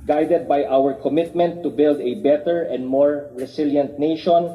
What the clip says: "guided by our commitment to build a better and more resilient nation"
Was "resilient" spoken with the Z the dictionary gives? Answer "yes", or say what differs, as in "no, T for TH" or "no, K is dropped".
no, S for Z